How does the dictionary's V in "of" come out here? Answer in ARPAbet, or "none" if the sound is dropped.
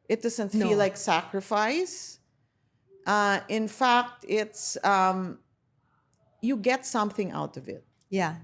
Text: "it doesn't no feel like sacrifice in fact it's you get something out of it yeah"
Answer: V